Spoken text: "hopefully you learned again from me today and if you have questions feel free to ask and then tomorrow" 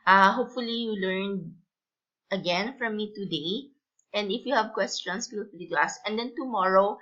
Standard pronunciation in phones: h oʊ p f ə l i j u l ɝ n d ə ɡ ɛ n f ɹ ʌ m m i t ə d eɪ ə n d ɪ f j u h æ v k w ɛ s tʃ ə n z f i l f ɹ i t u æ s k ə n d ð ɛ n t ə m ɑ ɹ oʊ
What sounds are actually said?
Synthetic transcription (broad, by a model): h oʊ p f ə l i j u l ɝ n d ə ɡ ɛ n f ɹ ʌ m m i t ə d eɪ ə n d ɪ f j u h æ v k w ɛ s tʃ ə n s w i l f l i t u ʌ s ə n d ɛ n t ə m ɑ ɹ oʊ